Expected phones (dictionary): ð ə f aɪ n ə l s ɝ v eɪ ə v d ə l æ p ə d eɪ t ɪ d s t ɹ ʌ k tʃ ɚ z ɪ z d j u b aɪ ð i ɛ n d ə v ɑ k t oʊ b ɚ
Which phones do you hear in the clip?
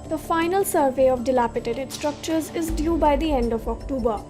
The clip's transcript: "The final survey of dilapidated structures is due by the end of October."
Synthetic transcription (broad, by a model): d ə f aɪ n ə l s ɝ v eɪ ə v d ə l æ p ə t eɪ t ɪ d s t ɹ ʌ k tʃ ɚ z ɪ z d j u b aɪ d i ɛ n d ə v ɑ k t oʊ b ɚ